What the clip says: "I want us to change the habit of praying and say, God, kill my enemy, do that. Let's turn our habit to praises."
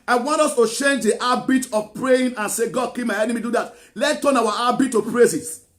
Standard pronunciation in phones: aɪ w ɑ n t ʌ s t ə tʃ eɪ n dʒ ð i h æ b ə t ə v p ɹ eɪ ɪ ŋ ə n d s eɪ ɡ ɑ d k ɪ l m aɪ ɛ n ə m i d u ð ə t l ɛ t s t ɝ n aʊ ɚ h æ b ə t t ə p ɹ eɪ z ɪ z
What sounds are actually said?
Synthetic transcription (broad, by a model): aɪ w ɑ n t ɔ s t ə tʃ eɪ n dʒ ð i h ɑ b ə t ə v p ɹ eɪ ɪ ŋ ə n s eɪ ɡ ɑ d k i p m aɪ ɛ n ə m i d u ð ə t l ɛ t t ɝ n aʊ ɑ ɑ b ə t t ə p ɹ eɪ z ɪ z